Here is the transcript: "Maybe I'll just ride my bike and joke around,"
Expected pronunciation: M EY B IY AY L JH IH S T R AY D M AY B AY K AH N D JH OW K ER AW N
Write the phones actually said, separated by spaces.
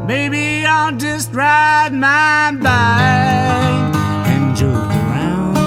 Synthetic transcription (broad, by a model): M EY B IY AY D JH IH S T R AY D M AY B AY AH N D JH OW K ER AW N